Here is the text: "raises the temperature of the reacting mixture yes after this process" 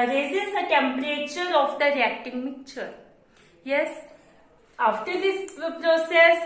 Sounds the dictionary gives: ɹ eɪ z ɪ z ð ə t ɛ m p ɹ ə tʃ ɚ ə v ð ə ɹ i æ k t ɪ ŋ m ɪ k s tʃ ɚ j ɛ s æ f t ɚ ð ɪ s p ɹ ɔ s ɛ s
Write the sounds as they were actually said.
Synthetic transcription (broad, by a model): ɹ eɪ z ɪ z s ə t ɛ m p ɹ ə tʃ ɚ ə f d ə ɹ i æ k t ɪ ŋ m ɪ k tʃ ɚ j ɛ s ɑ f t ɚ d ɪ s p ɹ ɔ s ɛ s